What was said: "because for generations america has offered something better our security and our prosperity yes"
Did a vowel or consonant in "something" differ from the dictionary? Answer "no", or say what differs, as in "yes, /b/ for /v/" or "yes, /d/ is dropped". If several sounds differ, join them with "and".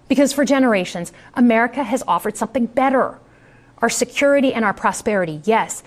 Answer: no